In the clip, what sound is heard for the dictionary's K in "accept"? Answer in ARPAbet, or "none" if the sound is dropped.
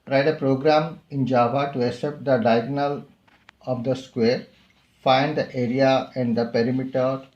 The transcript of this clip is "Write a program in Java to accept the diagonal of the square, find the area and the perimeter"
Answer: none